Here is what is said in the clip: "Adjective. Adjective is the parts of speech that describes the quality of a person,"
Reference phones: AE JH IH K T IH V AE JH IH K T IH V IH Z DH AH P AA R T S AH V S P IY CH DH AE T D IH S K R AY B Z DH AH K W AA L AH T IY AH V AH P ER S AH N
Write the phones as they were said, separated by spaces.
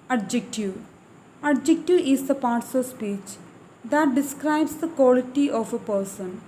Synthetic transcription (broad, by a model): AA JH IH K T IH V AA JH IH K T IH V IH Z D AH P AA R T S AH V S P IY CH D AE T D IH S K R AY B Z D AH K W AA L AH T IY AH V AH P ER S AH N